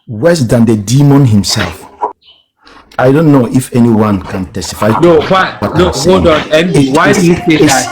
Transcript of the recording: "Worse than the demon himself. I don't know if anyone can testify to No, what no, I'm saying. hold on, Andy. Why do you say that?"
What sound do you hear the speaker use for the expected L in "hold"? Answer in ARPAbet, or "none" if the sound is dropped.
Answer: none